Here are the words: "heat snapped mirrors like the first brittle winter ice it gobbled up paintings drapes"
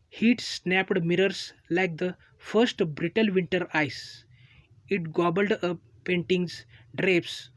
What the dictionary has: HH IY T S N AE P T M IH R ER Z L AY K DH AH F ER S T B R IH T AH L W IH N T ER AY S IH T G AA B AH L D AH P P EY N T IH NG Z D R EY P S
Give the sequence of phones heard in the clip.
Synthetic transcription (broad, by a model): HH IY T S N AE P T M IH R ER S L AY K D AH F ER S T B R IH T AH L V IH N T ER AY S IH T G AA B AH L D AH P P EY N T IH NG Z D R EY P S